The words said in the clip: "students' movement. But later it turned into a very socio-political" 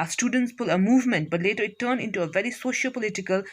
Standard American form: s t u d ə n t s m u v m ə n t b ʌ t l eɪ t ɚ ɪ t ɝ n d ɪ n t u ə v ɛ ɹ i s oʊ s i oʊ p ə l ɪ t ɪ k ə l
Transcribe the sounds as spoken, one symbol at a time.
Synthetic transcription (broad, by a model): s t u d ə n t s m u v m ə n t b ʌ t l eɪ t ɚ ɪ t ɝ n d ɪ n t u ə v ɛ ɹ i s oʊ ʃ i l p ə l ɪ t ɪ k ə l